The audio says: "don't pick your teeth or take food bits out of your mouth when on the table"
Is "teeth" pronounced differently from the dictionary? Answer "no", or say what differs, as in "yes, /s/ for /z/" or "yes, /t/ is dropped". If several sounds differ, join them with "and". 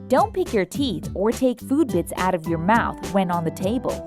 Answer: no